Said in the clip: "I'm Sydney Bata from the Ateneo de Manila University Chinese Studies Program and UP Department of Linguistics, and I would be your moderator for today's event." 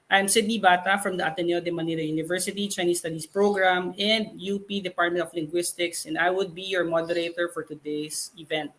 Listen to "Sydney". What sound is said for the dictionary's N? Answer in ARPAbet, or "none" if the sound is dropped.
N